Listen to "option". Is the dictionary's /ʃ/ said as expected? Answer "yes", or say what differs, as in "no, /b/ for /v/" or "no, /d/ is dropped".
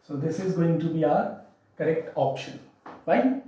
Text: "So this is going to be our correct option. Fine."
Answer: yes